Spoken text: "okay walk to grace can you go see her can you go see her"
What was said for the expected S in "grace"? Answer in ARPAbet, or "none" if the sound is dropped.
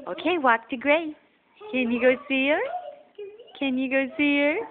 none